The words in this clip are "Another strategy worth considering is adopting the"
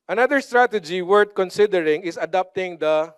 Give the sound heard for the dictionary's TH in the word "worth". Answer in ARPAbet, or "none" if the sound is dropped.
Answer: T